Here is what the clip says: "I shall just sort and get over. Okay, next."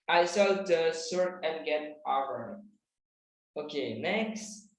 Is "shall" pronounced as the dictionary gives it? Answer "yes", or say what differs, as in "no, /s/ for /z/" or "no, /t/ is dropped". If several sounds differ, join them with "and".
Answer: no, /s/ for /ʃ/